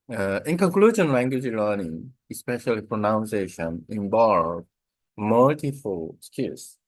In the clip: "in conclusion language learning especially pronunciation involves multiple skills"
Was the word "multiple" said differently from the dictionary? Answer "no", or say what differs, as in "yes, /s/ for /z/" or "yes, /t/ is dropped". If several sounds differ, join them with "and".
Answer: yes, /f/ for /p/